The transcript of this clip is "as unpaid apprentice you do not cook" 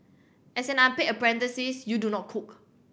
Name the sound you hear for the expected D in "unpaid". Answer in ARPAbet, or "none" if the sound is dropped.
none